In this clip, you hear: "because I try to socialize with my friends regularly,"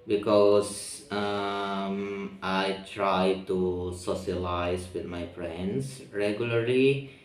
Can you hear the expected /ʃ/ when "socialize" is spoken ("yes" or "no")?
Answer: no